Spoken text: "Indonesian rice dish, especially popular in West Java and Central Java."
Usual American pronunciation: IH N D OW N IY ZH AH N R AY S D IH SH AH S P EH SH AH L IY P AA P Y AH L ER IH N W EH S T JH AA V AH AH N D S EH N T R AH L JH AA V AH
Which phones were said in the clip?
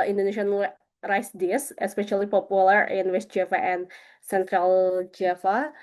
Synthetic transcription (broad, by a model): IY N D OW N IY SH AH N R AY S D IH S AH S P EH SH AH L IY P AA P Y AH L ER IH N W EH S T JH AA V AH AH N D S EH N T R AH L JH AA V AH